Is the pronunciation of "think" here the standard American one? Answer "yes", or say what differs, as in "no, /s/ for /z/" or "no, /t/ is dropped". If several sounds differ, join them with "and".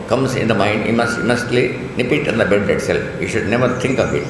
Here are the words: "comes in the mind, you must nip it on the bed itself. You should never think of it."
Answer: no, /t/ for /θ/